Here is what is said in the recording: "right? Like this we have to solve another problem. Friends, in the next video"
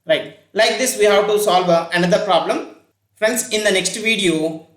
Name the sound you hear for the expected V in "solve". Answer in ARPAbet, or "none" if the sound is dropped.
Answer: V